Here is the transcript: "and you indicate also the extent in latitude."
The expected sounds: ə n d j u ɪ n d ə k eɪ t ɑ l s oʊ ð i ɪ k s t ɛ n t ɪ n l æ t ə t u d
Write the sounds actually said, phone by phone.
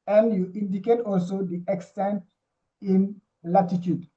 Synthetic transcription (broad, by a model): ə n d j u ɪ n d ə k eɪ t ɑ l s oʊ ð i ɪ k s t ɛ n t ɪ n l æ t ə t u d